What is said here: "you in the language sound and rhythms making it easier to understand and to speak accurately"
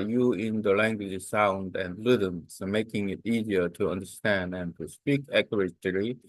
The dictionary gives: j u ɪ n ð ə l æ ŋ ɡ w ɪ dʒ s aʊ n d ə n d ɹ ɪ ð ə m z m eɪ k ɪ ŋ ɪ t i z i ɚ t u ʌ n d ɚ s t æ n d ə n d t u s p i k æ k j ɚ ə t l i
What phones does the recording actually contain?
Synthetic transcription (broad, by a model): j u ɪ n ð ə l æ ŋ ɡ w ɪ dʒ s aʊ n d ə n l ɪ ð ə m s m eɪ k ɪ ŋ ɪ t i z i ɚ t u ʌ n d ɚ s t æ n d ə n t u s p i k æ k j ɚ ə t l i